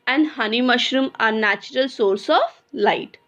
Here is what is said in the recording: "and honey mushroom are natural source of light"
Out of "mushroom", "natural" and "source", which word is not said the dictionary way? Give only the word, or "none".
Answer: none